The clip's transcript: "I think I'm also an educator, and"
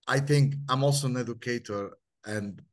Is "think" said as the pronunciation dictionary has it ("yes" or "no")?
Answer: yes